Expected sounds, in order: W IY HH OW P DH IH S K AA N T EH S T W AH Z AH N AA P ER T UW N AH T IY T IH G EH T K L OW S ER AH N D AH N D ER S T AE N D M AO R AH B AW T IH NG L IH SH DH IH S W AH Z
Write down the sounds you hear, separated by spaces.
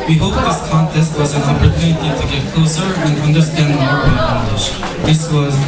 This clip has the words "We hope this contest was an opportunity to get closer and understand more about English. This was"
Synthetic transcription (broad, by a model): W IY HH OW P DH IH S K AA N T EH S T W AH Z AH N AA P ER T UW N AH T IY T IH G EH T K L OW S ER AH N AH N D ER S T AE N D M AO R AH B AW IH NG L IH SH DH IH S W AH Z